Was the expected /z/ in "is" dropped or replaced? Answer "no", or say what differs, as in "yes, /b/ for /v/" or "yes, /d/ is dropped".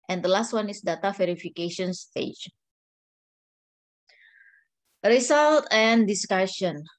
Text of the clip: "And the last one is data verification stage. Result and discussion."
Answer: yes, /s/ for /z/